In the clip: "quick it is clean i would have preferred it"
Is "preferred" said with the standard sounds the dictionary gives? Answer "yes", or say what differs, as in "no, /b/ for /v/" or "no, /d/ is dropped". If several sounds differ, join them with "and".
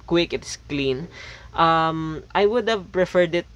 yes